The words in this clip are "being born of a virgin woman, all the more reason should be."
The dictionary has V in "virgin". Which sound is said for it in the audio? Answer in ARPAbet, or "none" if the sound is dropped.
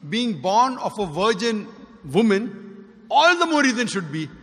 V